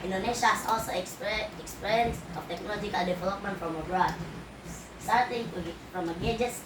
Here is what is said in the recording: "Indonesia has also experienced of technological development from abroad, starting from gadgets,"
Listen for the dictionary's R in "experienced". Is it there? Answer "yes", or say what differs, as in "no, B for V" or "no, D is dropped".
no, R is dropped